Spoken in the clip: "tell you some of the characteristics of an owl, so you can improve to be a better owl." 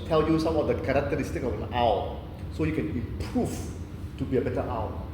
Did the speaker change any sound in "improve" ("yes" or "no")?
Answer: yes